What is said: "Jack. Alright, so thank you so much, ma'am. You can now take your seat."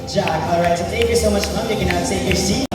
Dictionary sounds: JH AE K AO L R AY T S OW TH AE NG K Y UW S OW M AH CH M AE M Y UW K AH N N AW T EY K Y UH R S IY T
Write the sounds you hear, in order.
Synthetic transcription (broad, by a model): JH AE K AO L R AY T S OW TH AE NG K Y UW S OW M AH CH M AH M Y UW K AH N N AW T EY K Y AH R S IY